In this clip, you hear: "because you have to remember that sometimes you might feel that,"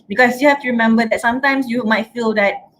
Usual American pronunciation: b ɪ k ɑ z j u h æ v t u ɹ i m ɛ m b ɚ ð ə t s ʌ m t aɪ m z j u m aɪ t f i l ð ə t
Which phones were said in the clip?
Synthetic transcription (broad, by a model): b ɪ k ɑ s j u h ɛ f t u ɹ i m ɛ m b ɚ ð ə t s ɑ m t aɪ m s j u m aɪ t f i l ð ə t